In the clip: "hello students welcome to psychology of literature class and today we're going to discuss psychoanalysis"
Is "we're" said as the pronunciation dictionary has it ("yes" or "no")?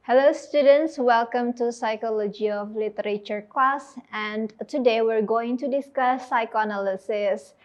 yes